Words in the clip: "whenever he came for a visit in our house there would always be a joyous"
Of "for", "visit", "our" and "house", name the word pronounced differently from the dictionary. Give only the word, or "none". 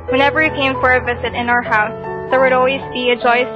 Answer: none